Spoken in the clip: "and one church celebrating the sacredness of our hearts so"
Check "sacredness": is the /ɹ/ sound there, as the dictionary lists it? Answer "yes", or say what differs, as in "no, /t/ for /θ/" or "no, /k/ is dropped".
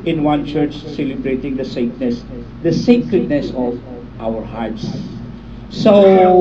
yes